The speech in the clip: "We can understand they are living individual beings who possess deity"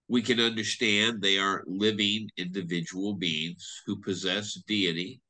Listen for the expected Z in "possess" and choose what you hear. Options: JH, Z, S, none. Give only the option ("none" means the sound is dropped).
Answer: Z